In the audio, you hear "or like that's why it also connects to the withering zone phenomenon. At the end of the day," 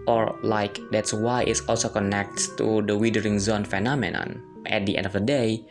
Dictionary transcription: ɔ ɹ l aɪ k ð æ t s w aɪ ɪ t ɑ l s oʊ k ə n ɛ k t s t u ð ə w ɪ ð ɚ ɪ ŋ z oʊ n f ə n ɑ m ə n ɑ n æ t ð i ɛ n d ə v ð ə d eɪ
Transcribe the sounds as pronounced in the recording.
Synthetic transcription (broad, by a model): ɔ ɹ l aɪ k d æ t s w aɪ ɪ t ɑ l s oʊ k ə n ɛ k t t u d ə w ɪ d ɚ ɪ ŋ z oʊ n f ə n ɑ m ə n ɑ n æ t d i ɛ n d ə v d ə d eɪ